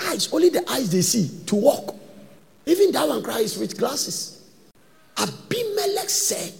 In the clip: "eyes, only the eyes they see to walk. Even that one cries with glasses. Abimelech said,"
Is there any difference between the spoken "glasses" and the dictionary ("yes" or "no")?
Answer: yes